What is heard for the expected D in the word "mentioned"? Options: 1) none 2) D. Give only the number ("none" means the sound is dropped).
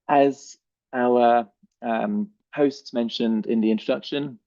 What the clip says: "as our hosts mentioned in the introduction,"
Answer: 2